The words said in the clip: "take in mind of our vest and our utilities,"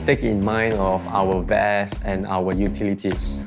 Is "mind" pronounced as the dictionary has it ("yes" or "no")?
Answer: yes